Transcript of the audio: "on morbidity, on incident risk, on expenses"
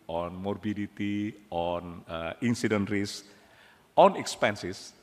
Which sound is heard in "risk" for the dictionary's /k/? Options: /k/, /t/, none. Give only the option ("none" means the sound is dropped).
none